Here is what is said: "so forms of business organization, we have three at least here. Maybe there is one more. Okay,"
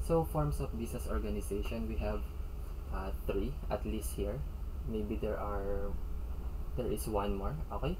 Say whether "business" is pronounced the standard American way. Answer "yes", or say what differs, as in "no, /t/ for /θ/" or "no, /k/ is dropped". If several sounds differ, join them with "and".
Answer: no, /s/ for /z/